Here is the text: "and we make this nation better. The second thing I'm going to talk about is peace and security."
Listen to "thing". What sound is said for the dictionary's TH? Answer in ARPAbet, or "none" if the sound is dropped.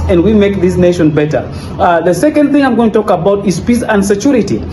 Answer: TH